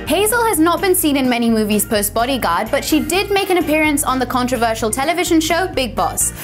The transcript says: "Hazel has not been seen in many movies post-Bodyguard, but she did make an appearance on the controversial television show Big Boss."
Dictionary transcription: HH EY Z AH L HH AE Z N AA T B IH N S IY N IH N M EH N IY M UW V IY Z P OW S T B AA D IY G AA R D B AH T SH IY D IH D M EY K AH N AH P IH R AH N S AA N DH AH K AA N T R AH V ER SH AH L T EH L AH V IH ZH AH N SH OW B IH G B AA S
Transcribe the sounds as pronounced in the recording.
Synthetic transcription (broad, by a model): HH EY Z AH L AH Z N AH T B IH N S IY N IH N M EH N IY M UW V IY Z P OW S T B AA D IY G AA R D B AH T SH IY D IH D M EY K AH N AH P IH R AH N S N DH AH K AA N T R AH V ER SH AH L T EH L AH V IH ZH AH N SH OW B IH G B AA S